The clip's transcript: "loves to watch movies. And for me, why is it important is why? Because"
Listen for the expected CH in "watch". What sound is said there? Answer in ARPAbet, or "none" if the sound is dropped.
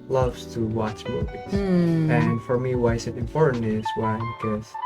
CH